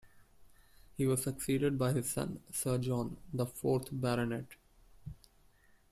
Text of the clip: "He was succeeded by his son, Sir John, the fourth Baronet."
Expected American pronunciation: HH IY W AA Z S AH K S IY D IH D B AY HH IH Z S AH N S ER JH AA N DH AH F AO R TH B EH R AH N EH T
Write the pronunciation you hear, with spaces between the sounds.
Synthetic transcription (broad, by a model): HH IY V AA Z S AH K S IY D IH D B AY HH IH Z S AH N S ER JH AA N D AH F AO R T B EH R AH N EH T